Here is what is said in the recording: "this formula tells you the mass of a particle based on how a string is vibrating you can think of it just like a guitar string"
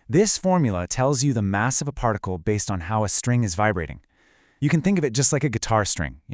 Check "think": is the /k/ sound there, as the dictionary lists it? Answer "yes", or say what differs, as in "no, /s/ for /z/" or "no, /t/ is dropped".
yes